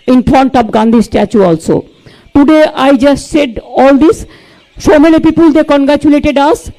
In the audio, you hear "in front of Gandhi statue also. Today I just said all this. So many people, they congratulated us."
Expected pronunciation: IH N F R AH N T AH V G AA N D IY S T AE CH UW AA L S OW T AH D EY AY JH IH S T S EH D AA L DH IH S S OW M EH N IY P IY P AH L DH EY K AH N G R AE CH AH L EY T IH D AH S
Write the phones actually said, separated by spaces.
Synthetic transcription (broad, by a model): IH N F R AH N T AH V G AA N D IY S T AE CH UW AA L S OW T AH D EY AY JH IH S T S EH D AA L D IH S SH OW M EH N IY P IY P AH L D EY K AH N G R AE CH AH L EY T IH D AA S